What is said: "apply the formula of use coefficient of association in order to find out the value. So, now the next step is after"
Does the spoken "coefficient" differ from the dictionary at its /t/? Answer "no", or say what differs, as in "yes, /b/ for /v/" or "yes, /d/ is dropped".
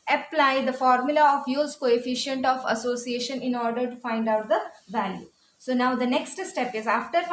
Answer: no